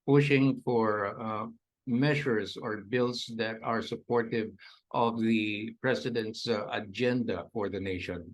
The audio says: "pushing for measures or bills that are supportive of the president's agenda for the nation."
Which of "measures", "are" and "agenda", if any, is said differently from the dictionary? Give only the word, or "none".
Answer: measures